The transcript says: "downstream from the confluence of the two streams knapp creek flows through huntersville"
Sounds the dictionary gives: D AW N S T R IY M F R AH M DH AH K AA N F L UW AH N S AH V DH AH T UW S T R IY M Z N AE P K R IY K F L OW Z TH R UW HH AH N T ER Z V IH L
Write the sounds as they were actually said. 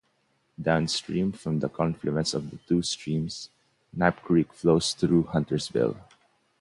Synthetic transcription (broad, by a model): D AW N S T R IY M F R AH M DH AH K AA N F L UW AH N S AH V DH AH T UW S T R IY M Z N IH P K R IY K F L OW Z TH R UW HH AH N T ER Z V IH L